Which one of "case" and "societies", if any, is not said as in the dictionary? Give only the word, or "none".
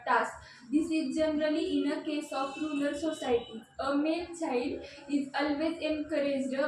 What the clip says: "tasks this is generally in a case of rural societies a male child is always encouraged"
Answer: societies